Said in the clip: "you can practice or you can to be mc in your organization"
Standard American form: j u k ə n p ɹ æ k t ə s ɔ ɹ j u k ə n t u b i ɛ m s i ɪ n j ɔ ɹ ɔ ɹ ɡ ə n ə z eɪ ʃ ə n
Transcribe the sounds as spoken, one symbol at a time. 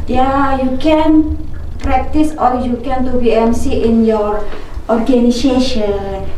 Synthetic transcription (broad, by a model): j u k ə n p ɹ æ k t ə s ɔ l j u k ə n t u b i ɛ m s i ɪ n j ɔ ɹ ɔ ɹ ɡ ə n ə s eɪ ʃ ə n